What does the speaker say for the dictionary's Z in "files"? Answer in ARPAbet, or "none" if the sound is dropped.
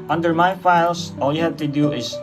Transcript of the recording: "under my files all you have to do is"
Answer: S